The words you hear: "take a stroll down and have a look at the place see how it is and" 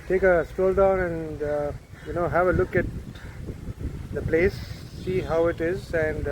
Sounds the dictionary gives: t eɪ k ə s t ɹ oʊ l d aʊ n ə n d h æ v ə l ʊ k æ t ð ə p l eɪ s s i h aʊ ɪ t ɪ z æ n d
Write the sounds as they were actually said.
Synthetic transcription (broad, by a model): t eɪ k ə s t oʊ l d aʊ n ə n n h æ v ə l ʊ k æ t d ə p l eɪ s s i h aʊ ɪ t ɪ z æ n d